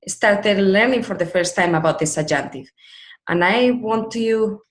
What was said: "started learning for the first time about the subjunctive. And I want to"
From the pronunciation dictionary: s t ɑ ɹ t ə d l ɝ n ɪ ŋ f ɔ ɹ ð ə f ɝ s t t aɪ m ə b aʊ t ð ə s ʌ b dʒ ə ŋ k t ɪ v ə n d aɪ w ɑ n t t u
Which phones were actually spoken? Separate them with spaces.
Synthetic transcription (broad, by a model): s t ɑ ɹ t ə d l ɝ n ɪ ŋ f ɔ ɹ ð ə f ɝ s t t aɪ m ə b aʊ t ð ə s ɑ dʒ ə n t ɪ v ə n aɪ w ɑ n t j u